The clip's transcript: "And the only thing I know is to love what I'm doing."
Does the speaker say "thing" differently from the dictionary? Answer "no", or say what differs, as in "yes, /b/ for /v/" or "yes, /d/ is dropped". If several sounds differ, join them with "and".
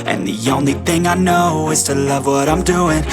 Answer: no